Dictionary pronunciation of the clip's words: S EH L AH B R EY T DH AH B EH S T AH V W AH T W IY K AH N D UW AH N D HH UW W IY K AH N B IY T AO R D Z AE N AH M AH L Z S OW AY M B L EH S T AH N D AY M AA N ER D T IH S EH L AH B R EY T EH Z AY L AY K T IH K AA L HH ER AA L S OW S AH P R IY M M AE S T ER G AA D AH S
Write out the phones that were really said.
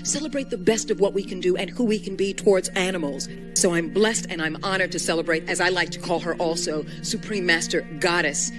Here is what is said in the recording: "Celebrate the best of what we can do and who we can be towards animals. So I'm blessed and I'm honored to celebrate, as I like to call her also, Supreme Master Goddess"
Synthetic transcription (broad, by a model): S EH L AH B R EY T DH AH B EH S T AH V W AH T W IY K AH N D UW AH N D HH UW W IY K AH N B IY T AO R D Z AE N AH M L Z S OW AY M B L EH S T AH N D AY M AA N ER D T IH S EH L AH B R EY T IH Z AY L AY K T IH K AA L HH ER AA L S OW S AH P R IY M M AE S T ER G AA D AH S